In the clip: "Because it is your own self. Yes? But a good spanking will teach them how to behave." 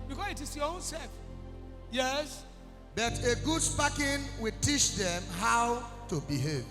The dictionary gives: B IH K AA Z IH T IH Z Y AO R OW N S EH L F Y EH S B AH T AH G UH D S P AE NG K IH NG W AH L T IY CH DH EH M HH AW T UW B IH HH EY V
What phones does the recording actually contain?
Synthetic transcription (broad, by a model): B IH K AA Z IH T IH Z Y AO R OW N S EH F Y EH S B AH T AH G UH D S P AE K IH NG W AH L T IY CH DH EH M HH AW T UW B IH HH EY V